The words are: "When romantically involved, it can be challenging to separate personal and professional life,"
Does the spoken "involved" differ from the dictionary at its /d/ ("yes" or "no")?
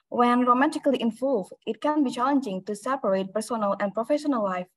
yes